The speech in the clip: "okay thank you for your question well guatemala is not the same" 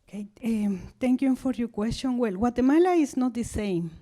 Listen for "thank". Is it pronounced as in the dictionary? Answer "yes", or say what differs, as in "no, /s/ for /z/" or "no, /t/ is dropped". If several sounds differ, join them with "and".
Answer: no, /t/ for /θ/